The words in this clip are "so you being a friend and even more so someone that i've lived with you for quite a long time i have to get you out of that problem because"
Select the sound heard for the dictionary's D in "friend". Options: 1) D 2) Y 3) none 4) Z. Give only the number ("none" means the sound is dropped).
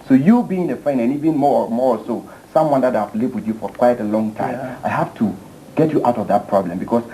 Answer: 3